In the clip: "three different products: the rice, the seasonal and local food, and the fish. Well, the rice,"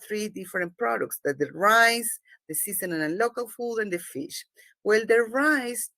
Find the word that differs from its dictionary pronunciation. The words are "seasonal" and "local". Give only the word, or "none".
seasonal